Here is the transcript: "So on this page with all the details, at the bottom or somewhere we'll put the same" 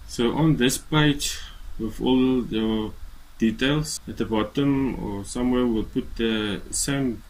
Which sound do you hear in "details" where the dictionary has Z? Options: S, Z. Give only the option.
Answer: S